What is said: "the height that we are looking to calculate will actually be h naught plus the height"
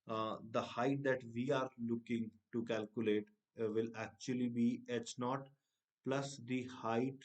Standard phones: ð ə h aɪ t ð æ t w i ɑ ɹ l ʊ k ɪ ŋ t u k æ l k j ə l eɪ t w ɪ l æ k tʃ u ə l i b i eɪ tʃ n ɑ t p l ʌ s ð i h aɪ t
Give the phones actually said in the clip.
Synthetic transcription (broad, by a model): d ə h aɪ t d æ t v i ɑ ɹ l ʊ k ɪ ŋ t u k æ l k j ə l eɪ t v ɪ l æ k tʃ u ə l i b i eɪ s n ɑ t p l ʌ s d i h aɪ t